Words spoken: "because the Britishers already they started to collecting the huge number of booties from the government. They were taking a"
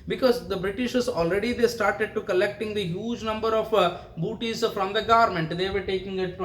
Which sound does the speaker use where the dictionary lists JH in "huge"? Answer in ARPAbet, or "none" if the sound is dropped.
JH